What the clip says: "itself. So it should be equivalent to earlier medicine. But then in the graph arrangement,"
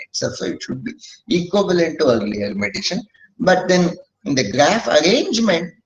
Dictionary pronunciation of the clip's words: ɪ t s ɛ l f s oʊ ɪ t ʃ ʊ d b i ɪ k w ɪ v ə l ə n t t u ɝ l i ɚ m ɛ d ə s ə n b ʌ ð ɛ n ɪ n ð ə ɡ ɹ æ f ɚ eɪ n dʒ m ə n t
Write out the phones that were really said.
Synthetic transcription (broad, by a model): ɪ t s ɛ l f s oʊ ɪ t ʃ ʊ d b i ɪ k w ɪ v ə l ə n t t u ɝ l i ɚ m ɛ d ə ʃ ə n b ʌ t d ɪ n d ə ɡ ɹ æ f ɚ eɪ n dʒ m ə n t